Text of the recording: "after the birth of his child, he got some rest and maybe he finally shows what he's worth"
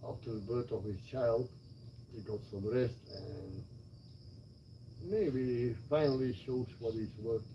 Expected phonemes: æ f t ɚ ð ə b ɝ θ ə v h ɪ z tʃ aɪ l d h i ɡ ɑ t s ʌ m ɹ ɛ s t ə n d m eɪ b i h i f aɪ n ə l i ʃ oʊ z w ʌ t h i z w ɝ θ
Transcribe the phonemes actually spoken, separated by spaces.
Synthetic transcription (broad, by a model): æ f t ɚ ð ə b ɝ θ ə v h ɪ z tʃ aɪ l d h i ɡ ɑ t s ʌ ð ɹ ɛ s t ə n m eɪ i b i f aɪ n ə l i ʃ oʊ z w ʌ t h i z w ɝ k